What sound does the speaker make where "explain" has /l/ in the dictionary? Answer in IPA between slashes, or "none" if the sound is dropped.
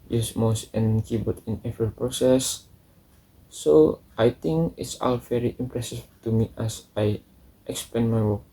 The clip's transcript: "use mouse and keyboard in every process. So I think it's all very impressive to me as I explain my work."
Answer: none